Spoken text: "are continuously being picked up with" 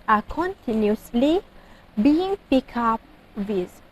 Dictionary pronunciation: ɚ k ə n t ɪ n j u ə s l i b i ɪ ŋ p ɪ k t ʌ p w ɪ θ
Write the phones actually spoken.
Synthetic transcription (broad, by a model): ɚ k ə n t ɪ n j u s l i b i ɪ ŋ p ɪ k ɑ p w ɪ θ